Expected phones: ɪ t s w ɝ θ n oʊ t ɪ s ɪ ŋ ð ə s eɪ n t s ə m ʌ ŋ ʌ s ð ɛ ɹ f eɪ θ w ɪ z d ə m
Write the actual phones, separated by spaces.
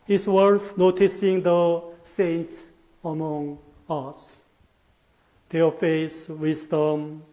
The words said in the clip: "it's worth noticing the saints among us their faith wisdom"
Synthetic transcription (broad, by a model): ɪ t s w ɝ s n oʊ t ɪ s ɪ ŋ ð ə s eɪ n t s ə m ʌ ŋ ʌ s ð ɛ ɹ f eɪ s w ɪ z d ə m